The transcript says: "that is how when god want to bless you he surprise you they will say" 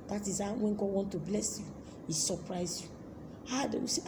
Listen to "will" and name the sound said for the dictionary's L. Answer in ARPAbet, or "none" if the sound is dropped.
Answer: W